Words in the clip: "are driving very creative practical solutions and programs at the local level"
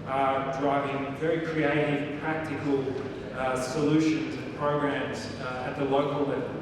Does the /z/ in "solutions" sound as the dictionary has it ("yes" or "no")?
yes